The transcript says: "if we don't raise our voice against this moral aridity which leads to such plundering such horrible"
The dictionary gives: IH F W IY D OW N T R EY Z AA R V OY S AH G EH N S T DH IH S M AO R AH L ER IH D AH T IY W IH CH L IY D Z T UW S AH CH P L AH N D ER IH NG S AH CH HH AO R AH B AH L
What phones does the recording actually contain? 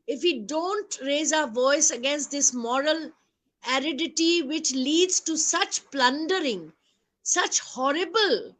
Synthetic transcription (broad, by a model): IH F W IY D OW N T R EY Z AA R V OY S AH G EH N S T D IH S M AO R AH L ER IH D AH T IY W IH CH L IY D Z T UW S AH CH P L AH N D ER IH NG S AH CH HH AO R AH B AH L